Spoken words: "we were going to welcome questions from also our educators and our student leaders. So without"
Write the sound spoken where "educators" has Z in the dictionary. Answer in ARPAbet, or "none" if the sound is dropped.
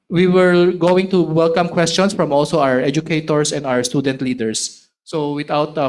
S